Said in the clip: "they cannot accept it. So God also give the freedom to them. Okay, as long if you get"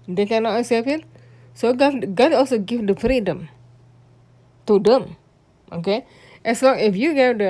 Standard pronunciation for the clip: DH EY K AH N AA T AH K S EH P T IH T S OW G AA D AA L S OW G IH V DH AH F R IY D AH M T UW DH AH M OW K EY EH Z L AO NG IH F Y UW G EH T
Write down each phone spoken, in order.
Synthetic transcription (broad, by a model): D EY K AH N AA T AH S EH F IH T S OW G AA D AA L S OW G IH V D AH F R IY D AH M T UW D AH M OW K EY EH S L AO NG IH F Y UW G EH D